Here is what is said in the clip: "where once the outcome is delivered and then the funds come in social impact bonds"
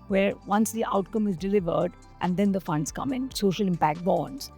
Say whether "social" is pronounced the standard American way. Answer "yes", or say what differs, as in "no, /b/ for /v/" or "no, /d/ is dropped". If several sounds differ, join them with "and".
yes